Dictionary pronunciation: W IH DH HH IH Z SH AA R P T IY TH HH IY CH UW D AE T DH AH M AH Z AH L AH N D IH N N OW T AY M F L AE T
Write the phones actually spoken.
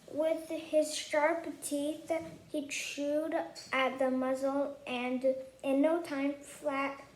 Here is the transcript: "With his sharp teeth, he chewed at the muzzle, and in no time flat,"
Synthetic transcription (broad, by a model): W IH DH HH IH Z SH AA R P T IY TH HH IY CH UW D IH T DH AH M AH Z L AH N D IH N N OW T AY M F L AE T